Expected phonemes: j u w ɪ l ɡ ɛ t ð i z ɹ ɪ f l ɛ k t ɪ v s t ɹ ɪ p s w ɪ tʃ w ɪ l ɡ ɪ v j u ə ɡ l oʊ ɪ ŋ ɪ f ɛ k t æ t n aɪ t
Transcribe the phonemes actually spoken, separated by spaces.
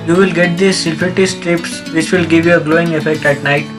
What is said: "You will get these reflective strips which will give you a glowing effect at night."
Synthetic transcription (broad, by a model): j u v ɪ l ɡ ɛ t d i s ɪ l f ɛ t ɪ s t ɹ ɪ p s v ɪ tʃ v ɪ l ɡ ɪ v j u ə ɡ l oʊ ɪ ŋ ɪ f ɛ k t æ t n aɪ t